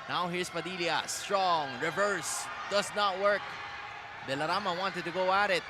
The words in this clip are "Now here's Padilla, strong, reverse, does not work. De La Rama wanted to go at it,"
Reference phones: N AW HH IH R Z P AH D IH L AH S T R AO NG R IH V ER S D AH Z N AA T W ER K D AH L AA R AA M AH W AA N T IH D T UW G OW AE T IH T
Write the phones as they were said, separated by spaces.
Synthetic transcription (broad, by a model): N AW HH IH R S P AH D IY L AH S T R AO NG R IH V ER S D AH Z N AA T W ER K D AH L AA R AA M AH W AA N T IH D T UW G OW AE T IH T